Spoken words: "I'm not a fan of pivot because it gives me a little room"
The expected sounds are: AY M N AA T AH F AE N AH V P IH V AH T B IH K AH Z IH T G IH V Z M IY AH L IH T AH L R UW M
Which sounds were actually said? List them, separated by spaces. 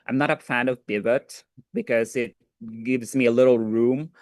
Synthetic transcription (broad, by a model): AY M N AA T AH F AE N AH V B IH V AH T B IH K AH Z IH T G IH V Z M IY AH L IH T L R UW M